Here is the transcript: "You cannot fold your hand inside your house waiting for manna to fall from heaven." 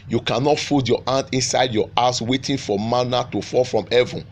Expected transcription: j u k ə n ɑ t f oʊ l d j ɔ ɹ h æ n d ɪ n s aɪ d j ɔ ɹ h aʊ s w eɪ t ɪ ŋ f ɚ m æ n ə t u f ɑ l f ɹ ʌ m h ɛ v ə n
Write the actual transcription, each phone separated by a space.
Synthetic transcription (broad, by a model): j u k ə n ɑ t f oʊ d j ɔ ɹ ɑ n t ɪ n s aɪ d j ɔ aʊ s w eɪ t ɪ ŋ f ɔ m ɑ n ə t u f ɑ l f ɹ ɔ m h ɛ v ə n